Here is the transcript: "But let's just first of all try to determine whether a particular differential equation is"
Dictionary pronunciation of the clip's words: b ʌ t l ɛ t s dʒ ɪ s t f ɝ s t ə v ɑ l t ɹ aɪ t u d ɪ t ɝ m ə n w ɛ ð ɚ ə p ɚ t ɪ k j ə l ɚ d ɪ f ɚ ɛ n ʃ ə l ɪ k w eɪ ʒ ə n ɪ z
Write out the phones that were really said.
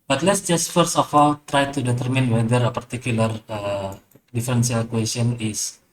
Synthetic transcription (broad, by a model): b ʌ t l ɛ t s dʒ ɪ s t f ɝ s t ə f ɑ l t ɹ aɪ t u d ɪ t ɝ m ə n w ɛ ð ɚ ə p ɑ t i k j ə l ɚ d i f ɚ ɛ n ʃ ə l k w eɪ s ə n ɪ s